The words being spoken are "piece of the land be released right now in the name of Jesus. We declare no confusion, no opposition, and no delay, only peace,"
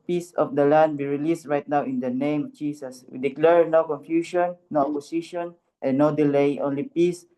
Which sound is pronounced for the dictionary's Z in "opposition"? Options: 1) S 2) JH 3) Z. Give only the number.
1